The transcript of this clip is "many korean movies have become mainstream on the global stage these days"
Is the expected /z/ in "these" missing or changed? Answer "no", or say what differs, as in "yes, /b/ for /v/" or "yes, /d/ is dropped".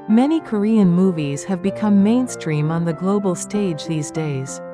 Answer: no